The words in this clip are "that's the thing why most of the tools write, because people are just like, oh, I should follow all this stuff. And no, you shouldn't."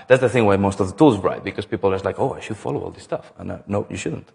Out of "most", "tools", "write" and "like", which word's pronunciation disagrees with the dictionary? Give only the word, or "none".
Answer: none